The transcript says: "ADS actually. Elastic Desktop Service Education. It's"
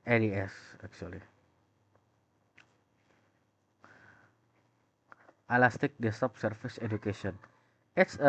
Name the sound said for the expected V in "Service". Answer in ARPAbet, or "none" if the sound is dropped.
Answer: F